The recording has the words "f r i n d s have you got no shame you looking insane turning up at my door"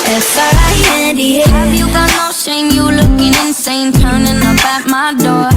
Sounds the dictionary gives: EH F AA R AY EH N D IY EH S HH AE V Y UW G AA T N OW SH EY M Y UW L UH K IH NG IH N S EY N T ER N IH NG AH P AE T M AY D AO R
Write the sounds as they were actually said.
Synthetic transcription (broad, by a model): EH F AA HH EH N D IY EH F Y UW G AA T N OW SH EY M Y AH L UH K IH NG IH N S EY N T ER N IH NG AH B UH T M AY D AO R